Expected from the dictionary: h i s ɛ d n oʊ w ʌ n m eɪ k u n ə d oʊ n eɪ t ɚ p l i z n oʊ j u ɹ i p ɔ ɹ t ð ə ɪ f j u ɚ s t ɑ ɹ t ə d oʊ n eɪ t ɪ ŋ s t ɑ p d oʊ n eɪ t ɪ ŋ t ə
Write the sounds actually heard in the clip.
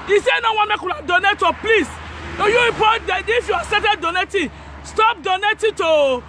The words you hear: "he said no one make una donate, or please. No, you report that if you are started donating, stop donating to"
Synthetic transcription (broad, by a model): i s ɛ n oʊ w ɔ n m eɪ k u l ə d oʊ n eɪ t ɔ p l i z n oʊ j u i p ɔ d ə ɪ f j u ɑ s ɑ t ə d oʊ n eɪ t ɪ s t ɑ p d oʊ n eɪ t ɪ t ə